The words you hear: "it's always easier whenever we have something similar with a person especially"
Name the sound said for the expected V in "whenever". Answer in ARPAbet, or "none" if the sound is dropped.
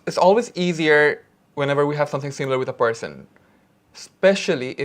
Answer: V